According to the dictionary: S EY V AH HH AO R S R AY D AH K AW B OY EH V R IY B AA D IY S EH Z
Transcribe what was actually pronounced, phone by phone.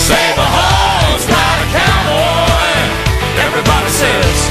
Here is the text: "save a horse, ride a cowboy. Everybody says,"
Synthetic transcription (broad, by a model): S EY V AH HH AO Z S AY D AH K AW OY EH V R IY B AA D IY S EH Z